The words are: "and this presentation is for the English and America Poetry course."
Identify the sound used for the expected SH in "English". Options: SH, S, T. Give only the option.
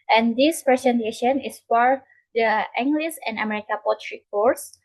S